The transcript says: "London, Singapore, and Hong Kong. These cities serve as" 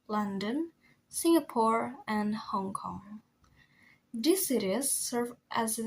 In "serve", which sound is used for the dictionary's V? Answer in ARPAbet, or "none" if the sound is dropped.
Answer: V